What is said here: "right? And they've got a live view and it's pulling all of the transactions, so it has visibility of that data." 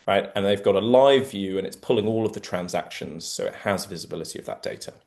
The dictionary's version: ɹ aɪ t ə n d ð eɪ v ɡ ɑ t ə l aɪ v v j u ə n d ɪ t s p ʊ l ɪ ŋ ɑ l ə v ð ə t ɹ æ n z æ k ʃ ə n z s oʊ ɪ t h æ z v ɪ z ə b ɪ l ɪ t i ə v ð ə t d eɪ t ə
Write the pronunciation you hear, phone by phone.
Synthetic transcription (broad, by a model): ɹ aɪ t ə n ð eɪ v ɡ ɑ t ə l aɪ v v j u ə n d ɪ t s p ʊ l ɪ ŋ ɑ l ə v ð ə t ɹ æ n z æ k ʃ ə n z s oʊ ɪ t h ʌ z v ɪ z ə b ɪ l ɪ t i ə v ð ə t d eɪ t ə